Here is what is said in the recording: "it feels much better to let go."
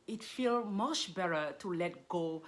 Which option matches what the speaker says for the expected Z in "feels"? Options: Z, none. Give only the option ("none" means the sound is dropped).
none